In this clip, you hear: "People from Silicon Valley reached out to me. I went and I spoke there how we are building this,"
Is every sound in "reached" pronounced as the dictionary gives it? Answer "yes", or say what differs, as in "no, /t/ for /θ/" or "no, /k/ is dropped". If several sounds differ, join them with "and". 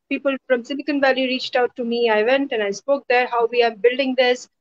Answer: yes